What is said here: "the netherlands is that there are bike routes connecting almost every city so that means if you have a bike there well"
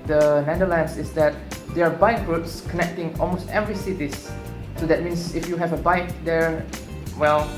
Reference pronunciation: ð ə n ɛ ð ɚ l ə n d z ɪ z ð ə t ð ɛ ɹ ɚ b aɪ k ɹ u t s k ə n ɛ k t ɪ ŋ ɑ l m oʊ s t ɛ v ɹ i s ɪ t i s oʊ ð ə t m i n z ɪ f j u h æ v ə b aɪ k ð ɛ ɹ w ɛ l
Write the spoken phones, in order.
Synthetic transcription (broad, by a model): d ə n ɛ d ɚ l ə n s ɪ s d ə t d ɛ ɹ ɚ b aɪ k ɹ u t s k ə n ɛ k t ɪ ŋ ɑ l m oʊ s t ɛ v ɹ i s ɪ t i s oʊ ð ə t m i n s ɪ f j u h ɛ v ə b aɪ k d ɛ ɹ w ɛ l